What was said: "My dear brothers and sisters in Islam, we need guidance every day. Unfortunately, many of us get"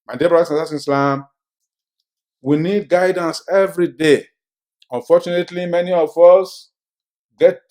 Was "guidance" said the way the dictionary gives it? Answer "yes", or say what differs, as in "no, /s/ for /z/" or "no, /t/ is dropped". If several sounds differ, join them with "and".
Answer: yes